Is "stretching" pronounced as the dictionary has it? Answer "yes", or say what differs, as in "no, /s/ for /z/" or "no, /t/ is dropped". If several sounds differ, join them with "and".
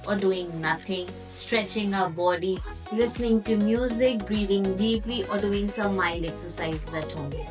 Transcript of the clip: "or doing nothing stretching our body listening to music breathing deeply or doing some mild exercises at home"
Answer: yes